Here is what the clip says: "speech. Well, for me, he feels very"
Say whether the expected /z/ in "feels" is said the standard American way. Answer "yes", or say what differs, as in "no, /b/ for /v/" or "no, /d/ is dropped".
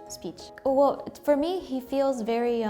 yes